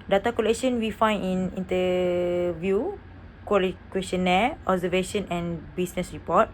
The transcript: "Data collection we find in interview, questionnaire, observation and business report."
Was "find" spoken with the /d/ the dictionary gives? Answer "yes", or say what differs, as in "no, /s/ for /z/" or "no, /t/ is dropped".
no, /d/ is dropped